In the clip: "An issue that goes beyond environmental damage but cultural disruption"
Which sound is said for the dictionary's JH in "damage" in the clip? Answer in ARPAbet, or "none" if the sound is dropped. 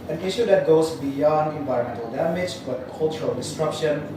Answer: JH